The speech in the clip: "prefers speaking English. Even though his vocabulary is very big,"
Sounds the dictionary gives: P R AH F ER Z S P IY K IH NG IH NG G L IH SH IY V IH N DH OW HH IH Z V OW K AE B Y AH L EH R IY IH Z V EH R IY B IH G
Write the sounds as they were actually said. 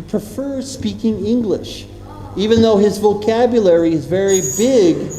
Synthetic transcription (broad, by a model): P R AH F ER S P IY K IH NG IH NG G L IH SH IY V IH N DH OW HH IH Z V OW K AE B Y AH L EH R IY IH Z V EH R IY B IH G